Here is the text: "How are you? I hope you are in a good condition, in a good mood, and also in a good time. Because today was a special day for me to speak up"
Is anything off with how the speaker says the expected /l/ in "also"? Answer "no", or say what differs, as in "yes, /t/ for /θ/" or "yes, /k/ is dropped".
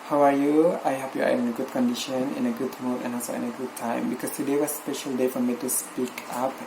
yes, /l/ is dropped